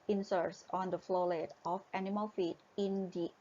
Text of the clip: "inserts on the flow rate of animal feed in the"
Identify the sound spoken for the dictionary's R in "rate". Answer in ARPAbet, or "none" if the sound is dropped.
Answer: L